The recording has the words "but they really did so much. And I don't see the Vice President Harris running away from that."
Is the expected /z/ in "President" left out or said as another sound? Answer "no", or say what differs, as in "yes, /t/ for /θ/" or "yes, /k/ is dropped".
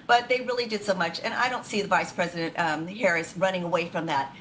no